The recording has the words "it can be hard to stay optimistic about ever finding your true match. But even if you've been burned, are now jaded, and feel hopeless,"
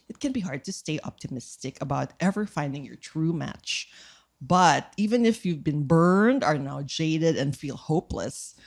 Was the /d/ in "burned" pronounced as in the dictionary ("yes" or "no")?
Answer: yes